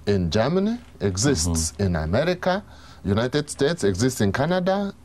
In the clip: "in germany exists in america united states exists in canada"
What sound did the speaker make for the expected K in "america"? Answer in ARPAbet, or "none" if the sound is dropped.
K